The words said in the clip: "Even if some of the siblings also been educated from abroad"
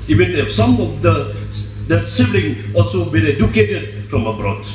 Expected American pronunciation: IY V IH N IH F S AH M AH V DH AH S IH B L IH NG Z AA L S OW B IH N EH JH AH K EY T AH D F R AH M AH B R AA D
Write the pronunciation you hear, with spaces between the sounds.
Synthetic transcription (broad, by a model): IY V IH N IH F S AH M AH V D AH S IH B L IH NG AA L S OW B IH N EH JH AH K EY T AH D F R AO M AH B R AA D